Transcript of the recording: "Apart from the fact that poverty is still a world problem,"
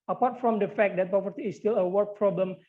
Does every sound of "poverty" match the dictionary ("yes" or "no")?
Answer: no